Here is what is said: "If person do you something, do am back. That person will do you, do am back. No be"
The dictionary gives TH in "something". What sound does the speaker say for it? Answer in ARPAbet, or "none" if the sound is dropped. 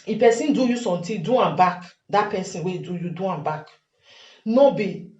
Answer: T